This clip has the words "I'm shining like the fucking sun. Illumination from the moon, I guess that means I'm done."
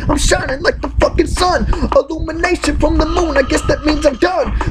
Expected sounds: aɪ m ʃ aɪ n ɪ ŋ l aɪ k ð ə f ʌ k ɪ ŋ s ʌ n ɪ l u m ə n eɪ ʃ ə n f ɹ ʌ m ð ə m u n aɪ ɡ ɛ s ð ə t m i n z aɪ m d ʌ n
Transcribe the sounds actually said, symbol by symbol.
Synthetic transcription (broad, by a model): aɪ m ʃ aɪ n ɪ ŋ l aɪ k ð ə f ʌ k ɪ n s ʌ n ɪ l u m ə n eɪ ʃ ə n f ɹ ʌ m ð ə m u n aɪ ɡ ɛ s ð ə t m i n z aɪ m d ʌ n